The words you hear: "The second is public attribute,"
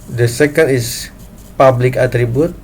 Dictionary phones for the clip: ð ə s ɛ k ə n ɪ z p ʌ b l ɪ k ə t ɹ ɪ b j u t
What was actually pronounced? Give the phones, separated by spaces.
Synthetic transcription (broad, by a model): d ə s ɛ k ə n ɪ s p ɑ b l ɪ k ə t ɹ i b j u t